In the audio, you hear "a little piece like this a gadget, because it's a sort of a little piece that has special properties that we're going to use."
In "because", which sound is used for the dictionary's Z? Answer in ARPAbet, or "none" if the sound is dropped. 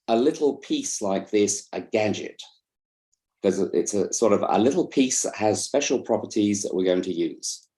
none